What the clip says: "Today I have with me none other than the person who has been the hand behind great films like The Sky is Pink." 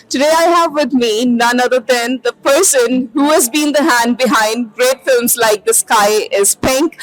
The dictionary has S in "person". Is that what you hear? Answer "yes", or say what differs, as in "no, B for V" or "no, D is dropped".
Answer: yes